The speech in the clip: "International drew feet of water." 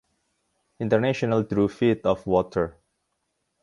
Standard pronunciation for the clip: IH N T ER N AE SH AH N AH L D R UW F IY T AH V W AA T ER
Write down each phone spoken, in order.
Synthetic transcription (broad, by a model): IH N T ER N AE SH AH N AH L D R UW F IY T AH F W AA T ER